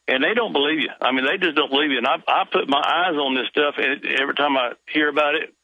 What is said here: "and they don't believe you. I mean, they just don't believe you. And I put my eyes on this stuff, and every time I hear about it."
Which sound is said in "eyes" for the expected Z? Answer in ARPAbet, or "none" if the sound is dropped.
Z